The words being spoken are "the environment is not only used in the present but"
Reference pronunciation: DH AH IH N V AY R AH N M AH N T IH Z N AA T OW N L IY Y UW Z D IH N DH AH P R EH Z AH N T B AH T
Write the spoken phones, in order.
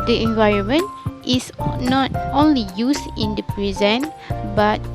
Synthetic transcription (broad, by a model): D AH IH N V AY R AH N M AH N T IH S N AA T OW N L IY Y UW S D IH N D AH P R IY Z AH N B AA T